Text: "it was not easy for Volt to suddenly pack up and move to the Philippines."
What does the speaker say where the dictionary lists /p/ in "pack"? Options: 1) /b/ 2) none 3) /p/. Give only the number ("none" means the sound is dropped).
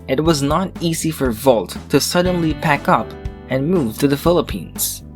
3